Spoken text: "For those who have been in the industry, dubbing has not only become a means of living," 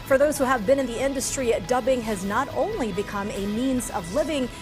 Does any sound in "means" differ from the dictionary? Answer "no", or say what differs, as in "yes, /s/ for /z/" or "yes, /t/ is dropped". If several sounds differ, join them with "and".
no